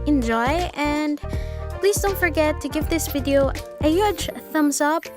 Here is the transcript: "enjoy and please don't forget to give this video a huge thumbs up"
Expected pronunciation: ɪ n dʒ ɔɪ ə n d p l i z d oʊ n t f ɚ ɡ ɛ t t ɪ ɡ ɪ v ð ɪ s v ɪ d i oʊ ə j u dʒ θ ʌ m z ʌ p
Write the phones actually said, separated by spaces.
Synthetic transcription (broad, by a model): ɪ n dʒ ɔɪ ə n p l i z d oʊ n t f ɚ ɡ ɛ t t ɪ ɡ ɪ v ð ɪ s v ɪ d i oʊ ə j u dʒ θ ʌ m s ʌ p